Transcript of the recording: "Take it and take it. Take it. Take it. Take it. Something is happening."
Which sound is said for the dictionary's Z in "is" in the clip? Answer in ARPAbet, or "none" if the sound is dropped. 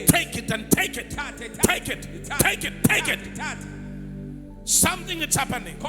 S